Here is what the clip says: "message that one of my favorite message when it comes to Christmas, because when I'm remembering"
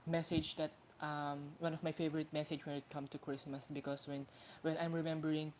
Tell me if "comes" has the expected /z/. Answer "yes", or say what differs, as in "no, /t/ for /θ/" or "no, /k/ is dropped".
no, /z/ is dropped